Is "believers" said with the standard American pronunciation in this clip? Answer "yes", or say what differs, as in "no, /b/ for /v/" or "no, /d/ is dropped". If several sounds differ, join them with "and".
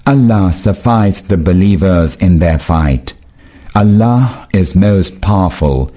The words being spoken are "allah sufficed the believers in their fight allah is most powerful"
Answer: yes